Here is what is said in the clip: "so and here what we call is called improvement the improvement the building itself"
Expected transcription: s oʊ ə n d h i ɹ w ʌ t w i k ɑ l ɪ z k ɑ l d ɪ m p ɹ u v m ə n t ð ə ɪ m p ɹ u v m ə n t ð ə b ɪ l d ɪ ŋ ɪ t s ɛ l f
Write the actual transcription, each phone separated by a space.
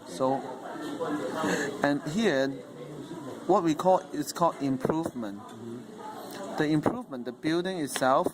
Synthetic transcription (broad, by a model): s oʊ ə n h i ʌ w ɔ t w i k ɑ l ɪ s k ɑ l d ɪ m p ɹ u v m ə n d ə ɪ m p ɹ u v m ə n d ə b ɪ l d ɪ ŋ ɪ t s ɛ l f